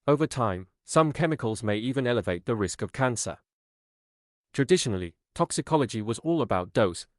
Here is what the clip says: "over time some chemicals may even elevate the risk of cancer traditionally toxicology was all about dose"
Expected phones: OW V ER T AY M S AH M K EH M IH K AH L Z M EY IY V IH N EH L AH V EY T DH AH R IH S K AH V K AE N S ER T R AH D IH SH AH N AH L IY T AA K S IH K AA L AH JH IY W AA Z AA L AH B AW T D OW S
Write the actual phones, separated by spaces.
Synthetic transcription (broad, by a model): OW V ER T AY M S AH M K EH M IH K AH L Z M EY IY V IH N EH L AH V EY T DH AH R IH S K AH V K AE N S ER T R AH D IH SH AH N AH L IY T AA K S IH K AA L AH JH IY W AA Z AA L AH B AW T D OW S